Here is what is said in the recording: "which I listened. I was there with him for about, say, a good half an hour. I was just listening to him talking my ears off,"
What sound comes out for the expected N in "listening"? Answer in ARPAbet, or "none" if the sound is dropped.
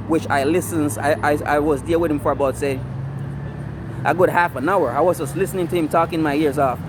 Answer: N